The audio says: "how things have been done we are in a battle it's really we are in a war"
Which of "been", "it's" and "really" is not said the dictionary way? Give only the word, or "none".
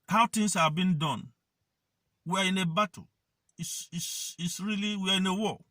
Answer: it's